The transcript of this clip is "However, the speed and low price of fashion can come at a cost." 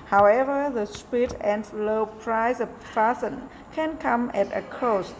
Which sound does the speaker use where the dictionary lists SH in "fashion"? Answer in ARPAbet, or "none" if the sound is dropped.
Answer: S